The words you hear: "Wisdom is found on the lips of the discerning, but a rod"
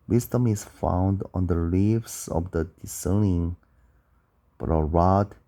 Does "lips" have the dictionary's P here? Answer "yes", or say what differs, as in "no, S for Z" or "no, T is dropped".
no, F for P